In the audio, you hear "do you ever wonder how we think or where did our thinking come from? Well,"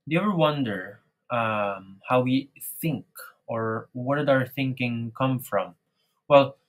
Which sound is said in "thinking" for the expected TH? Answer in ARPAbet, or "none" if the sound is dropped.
TH